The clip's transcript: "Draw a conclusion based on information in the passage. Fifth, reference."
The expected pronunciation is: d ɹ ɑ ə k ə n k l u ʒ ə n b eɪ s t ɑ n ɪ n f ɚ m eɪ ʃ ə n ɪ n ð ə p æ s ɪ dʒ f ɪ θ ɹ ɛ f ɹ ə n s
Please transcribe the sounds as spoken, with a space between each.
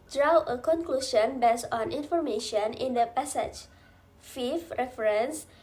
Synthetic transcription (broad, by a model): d ɹ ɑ ə k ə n k l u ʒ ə n b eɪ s ɑ n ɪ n f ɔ m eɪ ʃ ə n ɪ n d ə p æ s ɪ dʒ f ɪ f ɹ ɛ f ɹ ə n s